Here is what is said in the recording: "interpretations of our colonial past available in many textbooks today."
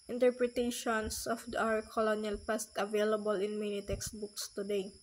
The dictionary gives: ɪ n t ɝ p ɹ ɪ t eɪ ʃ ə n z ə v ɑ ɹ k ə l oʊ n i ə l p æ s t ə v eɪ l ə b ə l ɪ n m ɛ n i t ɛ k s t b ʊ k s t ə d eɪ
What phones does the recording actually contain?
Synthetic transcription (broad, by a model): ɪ n t ɝ p ɹ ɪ t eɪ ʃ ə n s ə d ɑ w k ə l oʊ n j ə l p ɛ s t ə v eɪ l ə b ə l ɪ n m ɛ n i t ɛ k s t b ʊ k s t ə d eɪ